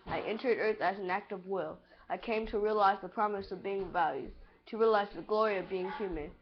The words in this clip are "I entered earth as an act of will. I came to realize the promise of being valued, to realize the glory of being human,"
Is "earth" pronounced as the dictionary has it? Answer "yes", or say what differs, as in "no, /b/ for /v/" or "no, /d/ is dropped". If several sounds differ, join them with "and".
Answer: yes